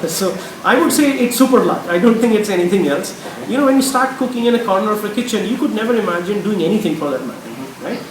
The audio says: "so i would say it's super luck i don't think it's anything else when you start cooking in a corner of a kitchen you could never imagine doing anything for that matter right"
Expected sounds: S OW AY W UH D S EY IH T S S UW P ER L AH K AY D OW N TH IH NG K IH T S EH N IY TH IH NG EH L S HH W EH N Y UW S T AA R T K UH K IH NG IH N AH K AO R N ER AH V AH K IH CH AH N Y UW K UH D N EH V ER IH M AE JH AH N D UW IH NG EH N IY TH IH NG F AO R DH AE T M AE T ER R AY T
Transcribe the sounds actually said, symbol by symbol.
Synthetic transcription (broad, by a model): S OW AY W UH D S EY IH T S S UW P ER L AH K AY D OW N T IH NG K IH T S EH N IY T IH NG EH L S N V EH N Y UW S T AA R T K UH K IH NG IH N AH K AO R N ER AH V AH K IH CH AH N Y UW K UH D N EH V ER IH M AE JH AH N D UW IH NG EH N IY T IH NG F AO R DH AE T M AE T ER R AY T